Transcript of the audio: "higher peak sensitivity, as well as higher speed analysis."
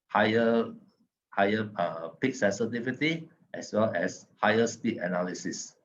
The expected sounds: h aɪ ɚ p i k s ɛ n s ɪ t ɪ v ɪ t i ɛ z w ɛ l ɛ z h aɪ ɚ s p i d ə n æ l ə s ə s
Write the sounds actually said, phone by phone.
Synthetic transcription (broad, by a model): h aɪ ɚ p i k s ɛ n s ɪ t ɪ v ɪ t i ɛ s w ɛ l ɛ s h aɪ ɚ s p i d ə n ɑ l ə s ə s